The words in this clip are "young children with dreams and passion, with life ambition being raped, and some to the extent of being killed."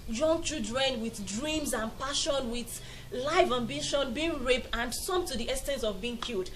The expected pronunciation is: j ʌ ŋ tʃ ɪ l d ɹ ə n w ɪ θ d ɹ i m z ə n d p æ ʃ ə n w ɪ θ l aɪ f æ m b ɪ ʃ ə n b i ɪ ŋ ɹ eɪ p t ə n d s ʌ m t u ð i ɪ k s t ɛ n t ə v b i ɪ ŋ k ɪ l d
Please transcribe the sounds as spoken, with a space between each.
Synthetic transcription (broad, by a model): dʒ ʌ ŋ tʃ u d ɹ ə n w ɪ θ d ɹ i m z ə n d p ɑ ʃ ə n w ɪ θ l aɪ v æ m b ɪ ʃ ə n b i ɪ ŋ ɹ eɪ p t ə n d s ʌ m t u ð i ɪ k s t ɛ n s ə v b i ɪ ŋ k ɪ l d